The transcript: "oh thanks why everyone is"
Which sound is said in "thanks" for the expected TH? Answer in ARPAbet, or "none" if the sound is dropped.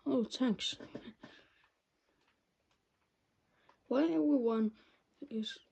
T